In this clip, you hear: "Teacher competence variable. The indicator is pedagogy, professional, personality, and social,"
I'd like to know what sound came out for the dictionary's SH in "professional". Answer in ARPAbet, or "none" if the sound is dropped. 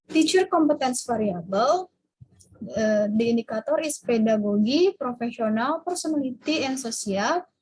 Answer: S